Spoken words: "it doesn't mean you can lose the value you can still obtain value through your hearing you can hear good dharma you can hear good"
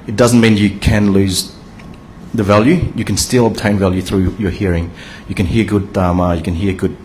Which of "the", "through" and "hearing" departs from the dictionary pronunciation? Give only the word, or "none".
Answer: none